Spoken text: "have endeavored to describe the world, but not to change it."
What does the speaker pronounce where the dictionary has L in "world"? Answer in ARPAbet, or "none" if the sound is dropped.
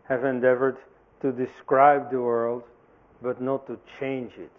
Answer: L